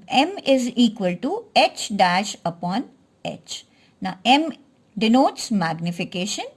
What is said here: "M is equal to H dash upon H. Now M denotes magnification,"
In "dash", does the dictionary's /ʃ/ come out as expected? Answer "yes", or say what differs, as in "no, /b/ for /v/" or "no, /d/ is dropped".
yes